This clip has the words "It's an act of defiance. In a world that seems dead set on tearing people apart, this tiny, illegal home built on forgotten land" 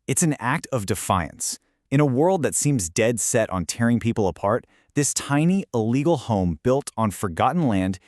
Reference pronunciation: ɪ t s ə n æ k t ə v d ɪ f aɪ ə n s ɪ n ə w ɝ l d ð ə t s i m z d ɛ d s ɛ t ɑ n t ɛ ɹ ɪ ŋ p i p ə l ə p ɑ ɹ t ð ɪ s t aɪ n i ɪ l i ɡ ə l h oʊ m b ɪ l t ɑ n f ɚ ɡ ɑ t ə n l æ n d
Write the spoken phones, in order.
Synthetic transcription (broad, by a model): ɪ t s n æ k t ə v d ɪ f aɪ ə n s ɪ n ə w ɝ l d ð ə t s i m z d ɛ d s ɛ t n t ɛ ɹ ɪ ŋ p i p l ə p ɑ ɹ t ð ɪ s t aɪ n i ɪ l i ɡ l h oʊ m b ɪ l t n f ɚ ɡ ɑ t n l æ n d